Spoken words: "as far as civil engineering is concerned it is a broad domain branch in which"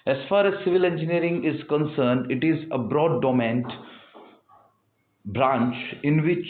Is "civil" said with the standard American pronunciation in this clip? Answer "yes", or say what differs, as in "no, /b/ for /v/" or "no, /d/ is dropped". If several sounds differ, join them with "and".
yes